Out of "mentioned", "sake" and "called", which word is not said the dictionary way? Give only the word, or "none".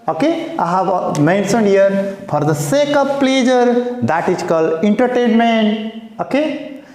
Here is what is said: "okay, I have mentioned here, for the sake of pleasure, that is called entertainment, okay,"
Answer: mentioned